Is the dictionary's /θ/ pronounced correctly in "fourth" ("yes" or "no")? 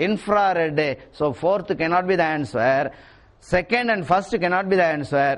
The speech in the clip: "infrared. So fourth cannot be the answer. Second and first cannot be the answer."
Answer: no